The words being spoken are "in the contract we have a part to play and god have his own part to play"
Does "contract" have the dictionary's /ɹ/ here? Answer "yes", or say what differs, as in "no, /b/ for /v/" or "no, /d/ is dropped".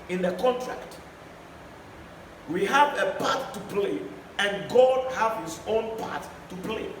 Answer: yes